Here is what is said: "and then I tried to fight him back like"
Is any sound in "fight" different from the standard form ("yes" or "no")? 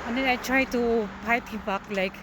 yes